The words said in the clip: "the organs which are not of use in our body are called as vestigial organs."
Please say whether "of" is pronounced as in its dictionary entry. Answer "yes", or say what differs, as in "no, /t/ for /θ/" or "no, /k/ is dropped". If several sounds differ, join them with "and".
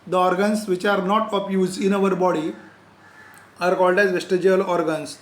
no, /p/ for /v/